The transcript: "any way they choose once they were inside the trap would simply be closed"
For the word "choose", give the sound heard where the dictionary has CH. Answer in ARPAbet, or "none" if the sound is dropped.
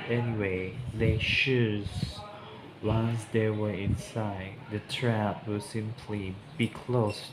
SH